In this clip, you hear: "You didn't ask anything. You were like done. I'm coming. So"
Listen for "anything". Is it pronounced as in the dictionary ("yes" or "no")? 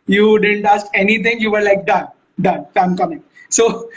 no